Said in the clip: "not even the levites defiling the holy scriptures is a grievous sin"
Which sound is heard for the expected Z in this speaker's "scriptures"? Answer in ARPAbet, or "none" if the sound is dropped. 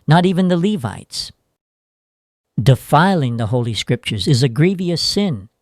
Z